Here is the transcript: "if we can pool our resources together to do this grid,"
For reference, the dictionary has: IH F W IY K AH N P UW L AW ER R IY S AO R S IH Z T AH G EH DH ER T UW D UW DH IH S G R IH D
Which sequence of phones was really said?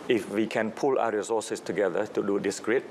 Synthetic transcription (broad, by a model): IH F W IY K AH N P UW L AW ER R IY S AO S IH S T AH G EH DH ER T UW D UW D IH S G R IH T